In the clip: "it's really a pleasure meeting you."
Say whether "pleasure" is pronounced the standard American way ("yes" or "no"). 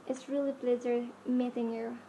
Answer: no